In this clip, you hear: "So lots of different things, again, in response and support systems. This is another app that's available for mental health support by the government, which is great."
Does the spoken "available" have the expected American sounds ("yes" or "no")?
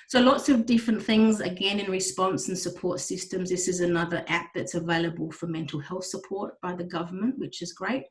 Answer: yes